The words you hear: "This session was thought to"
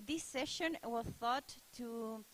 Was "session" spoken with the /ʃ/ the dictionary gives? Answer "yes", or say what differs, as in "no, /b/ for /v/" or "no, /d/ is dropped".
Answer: yes